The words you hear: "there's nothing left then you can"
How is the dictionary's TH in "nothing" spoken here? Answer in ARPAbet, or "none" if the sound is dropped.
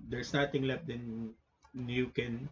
T